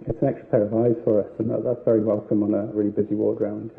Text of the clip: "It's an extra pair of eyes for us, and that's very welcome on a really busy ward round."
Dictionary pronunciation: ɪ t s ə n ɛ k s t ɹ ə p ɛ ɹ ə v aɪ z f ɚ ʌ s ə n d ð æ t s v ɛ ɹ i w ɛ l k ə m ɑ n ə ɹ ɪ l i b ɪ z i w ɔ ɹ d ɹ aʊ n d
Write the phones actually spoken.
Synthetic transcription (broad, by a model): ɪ t s ə n ɛ k s t ɹ ə p ɛ ɹ ə v aɪ z f ɚ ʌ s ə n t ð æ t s v ɛ ɹ i w ɛ l k ə m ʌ n ə ɹ ɪ l i b ɪ z i w ɔ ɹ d ɹ aʊ n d